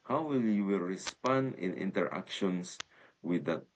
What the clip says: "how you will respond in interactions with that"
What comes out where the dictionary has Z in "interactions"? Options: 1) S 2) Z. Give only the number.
1